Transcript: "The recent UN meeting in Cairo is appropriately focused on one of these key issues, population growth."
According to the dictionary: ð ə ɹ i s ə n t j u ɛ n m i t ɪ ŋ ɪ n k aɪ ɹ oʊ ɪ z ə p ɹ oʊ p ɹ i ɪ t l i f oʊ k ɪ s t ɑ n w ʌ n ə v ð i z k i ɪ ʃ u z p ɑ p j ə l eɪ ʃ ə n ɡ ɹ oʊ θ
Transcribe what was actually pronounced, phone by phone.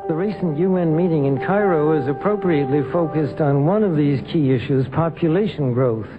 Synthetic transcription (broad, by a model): ð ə ɹ i s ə n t j u ɛ n m i t ɪ ŋ ɪ n k aɪ ɹ oʊ ɪ z ə p ɹ oʊ p ɹ i ɪ t l i f oʊ k ɪ s t n w ʌ n ə v ð i z k i ɪ ʃ u z p ɑ p j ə l eɪ ʃ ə n ɡ ɹ oʊ θ